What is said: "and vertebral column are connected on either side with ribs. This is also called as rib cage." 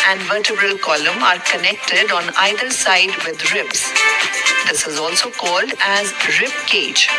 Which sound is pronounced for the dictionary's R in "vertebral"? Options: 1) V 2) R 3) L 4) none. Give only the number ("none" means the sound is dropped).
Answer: 2